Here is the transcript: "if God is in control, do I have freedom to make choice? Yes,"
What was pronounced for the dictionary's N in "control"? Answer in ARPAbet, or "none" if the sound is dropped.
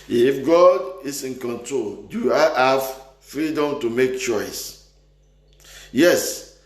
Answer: N